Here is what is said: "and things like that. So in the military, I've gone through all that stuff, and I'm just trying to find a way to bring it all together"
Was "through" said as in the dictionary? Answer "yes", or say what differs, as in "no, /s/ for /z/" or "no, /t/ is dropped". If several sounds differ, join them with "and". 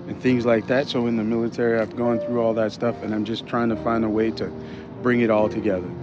yes